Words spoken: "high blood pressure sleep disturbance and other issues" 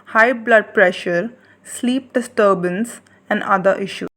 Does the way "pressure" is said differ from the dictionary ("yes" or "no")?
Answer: no